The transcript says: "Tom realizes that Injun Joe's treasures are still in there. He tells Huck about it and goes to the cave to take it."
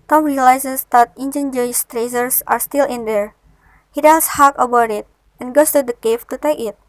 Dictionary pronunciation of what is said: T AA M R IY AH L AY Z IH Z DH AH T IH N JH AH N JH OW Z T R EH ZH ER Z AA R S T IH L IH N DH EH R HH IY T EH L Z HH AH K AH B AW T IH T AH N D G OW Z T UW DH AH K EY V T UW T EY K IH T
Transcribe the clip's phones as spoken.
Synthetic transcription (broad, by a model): T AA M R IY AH L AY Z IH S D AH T IH N JH AH N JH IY S T R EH Z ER S AA R S T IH L IH N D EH R HH IY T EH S HH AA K AH B AW T IH T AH N G OW S T UW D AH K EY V T UW T EY K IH T